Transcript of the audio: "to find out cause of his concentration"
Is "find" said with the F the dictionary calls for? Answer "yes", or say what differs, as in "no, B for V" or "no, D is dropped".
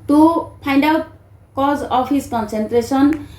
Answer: no, P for F